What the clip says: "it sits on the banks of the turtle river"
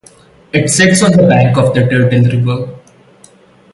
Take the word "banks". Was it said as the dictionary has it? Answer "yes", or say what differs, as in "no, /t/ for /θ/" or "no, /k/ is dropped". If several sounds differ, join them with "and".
no, /s/ is dropped